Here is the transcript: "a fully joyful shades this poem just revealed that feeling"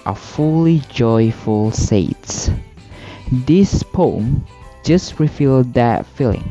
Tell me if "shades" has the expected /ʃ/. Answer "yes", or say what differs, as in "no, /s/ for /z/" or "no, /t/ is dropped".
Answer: no, /s/ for /ʃ/